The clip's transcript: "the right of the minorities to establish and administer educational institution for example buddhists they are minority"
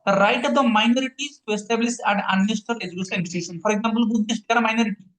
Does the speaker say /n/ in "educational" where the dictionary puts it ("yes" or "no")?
no